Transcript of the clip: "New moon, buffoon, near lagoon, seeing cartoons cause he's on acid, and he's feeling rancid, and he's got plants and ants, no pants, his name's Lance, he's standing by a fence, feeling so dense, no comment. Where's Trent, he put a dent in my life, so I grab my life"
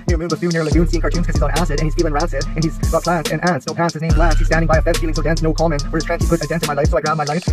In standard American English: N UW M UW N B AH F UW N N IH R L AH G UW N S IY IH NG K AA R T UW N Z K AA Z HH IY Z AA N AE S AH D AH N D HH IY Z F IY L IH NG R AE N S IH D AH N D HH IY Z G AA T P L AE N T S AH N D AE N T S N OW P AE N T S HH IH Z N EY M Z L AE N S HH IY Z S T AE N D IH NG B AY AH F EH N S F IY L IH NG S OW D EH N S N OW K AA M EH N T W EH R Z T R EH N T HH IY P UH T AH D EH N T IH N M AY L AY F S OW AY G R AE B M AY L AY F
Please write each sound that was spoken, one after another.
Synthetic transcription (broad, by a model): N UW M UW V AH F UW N N IH R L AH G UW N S IY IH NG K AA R T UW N K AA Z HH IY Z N AE S AH D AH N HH IY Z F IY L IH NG R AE S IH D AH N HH IY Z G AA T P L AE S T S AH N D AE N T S N OW P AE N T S HH IH Z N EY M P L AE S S HH IY Z S T AE N D IH NG B AY AH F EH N F IY L IH NG S OW D EH N S N OW K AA M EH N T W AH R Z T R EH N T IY P UH T AH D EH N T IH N M AY L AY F S OW AY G R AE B M AY L AY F